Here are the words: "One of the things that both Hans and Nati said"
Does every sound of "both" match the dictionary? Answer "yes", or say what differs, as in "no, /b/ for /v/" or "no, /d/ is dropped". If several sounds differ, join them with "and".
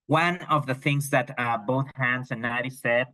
yes